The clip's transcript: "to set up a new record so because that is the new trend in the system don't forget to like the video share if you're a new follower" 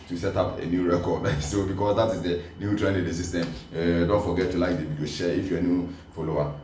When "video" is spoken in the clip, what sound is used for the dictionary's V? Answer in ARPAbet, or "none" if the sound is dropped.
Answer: B